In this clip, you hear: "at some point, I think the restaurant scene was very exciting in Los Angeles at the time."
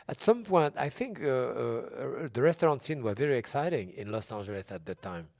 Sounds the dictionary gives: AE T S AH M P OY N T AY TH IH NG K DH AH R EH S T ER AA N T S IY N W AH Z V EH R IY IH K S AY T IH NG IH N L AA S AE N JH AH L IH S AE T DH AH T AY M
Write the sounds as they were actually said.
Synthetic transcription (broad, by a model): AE T S AH M P OY N T AY TH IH NG K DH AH R EH S T ER AA N T S IY N W AH Z V EH R IY IH K S AY T IH NG IH N L AA S AE N JH AH L IH S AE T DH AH T AY M